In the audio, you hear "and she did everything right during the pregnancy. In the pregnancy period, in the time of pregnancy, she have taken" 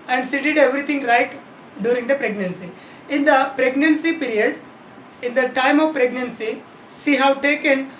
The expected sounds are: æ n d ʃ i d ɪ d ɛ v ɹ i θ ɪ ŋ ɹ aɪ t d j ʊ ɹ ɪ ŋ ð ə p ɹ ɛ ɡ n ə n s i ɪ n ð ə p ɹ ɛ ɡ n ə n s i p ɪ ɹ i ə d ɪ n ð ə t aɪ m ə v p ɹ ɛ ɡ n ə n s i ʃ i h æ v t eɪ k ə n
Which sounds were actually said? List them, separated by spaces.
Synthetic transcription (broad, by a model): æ n d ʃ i d ɪ d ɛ v ɹ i t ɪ ŋ ɹ aɪ t d j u ɹ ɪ ŋ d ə p ɹ ɛ ɡ n ə n s i ɪ n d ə p ɹ ɛ ɡ n ə n s i p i ɹ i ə d ɪ n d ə t aɪ m ə v p ɹ ɛ ɡ n ə n s i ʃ i h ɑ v t eɪ k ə n